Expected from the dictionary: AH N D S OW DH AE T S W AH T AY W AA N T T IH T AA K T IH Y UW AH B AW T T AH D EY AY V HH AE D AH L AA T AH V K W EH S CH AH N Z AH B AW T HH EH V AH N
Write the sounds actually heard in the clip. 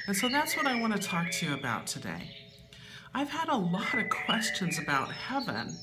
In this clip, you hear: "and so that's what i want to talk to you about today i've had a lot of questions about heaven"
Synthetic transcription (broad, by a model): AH N S OW DH AE T S W AH T AY W AA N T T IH T AA K T IH Y UW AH B AW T T AH D EY AY V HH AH D AH L AA T AH V K W EH S CH AH N Z AH B AW T HH EH V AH N